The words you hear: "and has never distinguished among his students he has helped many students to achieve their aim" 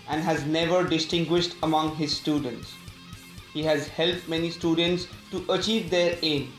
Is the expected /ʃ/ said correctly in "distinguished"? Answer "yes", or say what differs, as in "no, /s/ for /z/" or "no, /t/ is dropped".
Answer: yes